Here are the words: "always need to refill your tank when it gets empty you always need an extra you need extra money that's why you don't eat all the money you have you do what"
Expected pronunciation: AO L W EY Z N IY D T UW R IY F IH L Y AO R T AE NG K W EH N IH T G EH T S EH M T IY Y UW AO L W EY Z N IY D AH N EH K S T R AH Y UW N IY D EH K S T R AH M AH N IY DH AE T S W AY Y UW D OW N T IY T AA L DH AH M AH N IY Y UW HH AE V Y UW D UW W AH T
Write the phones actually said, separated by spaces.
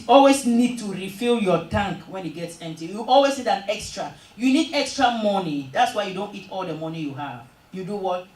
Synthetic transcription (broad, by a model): AO L W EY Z N IY D T UW R IY F IH L Y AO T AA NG K W EH N IH T G EH T S EH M T IY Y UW AO L W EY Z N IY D AH N EH K S T R AH Y UW N IY D EH K S T R AH M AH N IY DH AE T S W AY Y UW D OW N T IY T AA L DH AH M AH N IY Y UW HH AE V Y UW D UW W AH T